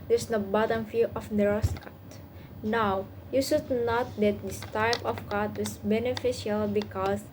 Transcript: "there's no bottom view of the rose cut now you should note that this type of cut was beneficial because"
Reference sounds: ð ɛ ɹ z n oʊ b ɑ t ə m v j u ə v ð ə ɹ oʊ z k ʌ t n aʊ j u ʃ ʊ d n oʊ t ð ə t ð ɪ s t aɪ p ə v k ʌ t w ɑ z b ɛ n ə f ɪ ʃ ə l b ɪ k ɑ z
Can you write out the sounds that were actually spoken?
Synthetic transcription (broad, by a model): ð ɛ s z n oʊ b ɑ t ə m f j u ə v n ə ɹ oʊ s k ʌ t n aʊ j u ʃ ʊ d n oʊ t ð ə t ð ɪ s t aɪ p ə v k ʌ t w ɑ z b ɛ n ə f ɪ ʃ ə l b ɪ k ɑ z